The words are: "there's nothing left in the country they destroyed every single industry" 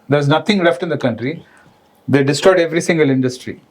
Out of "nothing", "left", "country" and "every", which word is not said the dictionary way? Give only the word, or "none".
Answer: nothing